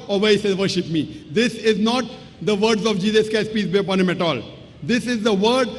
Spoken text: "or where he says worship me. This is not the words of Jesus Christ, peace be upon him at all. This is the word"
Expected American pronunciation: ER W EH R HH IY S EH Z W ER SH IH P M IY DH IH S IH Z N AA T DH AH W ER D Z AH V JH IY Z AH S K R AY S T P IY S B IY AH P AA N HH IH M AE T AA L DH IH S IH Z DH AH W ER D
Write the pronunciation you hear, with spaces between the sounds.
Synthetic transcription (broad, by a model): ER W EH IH S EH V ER SH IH P M IY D IH S IH Z N AA T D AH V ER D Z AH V JH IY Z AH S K AY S P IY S B IY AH P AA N HH IH M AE T AA L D IH S IH Z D AH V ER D